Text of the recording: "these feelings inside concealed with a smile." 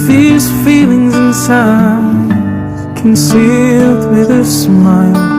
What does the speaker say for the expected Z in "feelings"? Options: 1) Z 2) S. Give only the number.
1